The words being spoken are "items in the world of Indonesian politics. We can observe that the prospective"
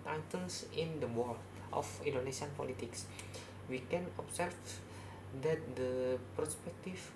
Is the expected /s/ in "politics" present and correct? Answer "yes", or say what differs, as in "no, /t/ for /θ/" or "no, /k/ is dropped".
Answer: yes